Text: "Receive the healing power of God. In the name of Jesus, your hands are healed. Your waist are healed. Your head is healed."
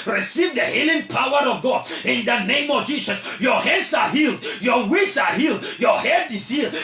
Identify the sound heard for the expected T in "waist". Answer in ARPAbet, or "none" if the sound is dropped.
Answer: none